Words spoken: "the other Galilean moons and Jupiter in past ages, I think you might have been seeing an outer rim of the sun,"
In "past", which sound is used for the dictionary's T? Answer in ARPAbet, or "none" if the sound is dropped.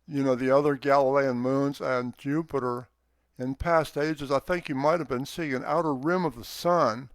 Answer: T